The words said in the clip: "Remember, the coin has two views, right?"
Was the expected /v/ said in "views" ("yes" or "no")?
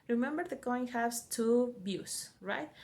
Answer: no